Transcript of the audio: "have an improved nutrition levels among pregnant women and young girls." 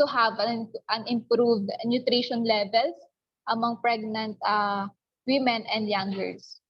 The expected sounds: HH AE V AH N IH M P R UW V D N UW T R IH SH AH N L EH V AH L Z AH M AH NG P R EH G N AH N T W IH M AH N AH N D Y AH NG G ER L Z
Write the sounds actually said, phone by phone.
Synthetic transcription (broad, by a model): HH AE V AH N IH M P R UW V D N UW T R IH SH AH N L EH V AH L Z AH M AH NG P R EH G N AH N T W IH M AH N AH N D Y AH NG G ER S